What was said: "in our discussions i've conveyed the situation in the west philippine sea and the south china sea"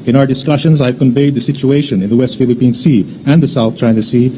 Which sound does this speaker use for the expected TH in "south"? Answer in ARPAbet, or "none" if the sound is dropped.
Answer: T